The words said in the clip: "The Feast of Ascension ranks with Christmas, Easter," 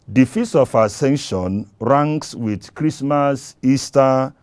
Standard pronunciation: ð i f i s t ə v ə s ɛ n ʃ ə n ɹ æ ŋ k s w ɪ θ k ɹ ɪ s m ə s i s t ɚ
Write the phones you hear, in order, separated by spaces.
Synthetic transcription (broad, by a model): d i f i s ə f ə s ɛ n ʃ ə n ɹ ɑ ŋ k s w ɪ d k ɹ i s m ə s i s t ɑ